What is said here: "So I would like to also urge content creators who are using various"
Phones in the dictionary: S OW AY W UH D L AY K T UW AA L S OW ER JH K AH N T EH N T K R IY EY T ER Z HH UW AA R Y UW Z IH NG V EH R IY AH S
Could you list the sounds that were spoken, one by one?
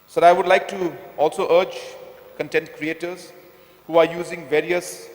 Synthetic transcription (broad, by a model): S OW AY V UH D L AY K T UW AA L S OW ER JH K AH N T EH N T K R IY EY T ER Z HH UW AA R Y UW Z IH NG V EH R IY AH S